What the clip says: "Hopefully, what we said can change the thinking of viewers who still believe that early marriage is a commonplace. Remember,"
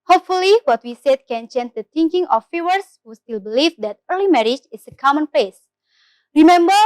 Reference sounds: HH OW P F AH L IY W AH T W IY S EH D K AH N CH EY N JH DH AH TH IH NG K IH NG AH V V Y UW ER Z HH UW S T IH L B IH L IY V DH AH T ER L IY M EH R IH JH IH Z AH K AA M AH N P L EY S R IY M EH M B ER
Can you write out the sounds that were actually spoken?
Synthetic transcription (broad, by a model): HH OW P F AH L IY W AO T W IY S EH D K AH N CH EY N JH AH T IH NG K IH NG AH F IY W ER S HH UW S T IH L B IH L IY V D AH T ER L IY M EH R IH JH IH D AH K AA M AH N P EY S R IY M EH M B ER